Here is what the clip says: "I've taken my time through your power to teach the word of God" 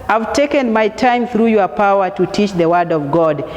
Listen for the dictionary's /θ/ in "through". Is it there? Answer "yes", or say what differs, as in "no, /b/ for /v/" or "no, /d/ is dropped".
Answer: yes